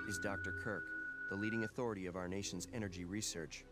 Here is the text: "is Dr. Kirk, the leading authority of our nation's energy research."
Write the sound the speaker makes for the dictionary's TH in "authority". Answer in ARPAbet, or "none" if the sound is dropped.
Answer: TH